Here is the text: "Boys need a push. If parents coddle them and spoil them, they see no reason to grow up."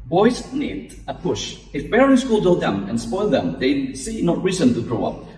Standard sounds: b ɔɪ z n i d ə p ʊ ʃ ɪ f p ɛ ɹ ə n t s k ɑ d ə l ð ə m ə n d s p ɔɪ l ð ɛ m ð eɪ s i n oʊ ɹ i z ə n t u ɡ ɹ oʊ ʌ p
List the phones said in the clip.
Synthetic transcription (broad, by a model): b ɔɪ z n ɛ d ə p ʊ ʃ ɪ f b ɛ ɹ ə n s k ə l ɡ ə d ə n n s p ɔɪ l ð ɛ m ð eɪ s i n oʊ ɹ i z ə n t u ɡ ɹ oʊ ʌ p